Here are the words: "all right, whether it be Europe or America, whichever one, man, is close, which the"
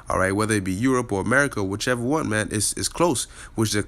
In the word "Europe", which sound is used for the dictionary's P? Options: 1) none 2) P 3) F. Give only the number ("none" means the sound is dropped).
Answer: 2